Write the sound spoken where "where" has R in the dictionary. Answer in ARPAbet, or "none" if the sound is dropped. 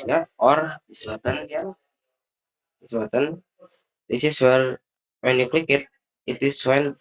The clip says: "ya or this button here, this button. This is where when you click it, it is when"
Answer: L